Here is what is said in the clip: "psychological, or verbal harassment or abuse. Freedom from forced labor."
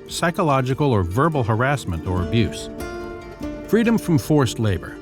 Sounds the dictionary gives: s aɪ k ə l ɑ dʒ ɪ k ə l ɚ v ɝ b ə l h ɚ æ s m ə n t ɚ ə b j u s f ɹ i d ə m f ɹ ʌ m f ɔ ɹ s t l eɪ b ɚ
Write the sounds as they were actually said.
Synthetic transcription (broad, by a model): s aɪ k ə l ɑ dʒ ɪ k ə l ɚ v ɝ b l h ɚ æ s m ə n t ɚ ə b j u s f ɹ i d ə m f ɹ ʌ m f ɔ ɹ s t l eɪ b ɚ